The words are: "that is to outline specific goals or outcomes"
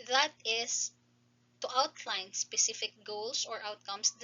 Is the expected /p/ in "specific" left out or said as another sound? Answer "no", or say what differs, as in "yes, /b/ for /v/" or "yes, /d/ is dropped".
no